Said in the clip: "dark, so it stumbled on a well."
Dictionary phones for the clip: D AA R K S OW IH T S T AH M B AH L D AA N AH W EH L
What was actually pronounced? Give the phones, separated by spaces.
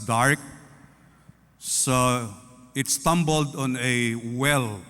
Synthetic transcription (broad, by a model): D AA R K S OW IH T S T AH M B AH L D AA N AH W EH L